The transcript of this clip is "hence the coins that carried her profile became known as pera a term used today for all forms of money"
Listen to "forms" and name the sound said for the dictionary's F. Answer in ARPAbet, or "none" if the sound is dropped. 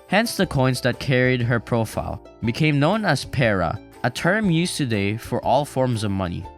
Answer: F